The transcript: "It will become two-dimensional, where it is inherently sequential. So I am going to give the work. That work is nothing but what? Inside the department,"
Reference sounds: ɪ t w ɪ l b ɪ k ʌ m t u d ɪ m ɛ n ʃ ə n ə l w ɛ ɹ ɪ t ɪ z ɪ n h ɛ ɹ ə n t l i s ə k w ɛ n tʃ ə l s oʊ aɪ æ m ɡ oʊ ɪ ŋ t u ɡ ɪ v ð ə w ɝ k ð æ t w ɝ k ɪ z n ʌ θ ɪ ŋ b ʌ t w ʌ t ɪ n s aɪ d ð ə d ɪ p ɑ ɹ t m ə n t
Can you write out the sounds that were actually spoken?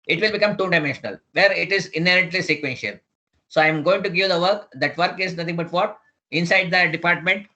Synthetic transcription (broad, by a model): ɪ t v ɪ l b ɪ k ʌ m t u d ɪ m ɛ n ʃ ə n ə l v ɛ ɹ ɪ t ɪ z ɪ n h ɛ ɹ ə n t l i s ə k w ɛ n ʃ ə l s oʊ aɪ m ɡ oʊ ɪ ŋ t u ɡ ɪ v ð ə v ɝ k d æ t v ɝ k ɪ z n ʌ t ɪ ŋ b ʌ t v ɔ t ɪ n s aɪ d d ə d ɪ p ɑ ɹ t m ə n t